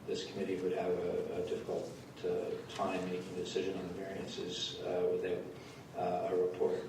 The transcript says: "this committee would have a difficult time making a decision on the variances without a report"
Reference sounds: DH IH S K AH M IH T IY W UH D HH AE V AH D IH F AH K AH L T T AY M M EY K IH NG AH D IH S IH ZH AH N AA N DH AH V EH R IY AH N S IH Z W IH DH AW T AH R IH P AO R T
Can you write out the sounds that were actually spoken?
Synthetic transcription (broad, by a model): DH IH S K AH M IH T IY W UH D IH V AH D IH F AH K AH L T T AY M M EY K IH NG D IH S IH ZH AH N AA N DH AH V EH R IY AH N S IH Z W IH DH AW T AH R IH P AO R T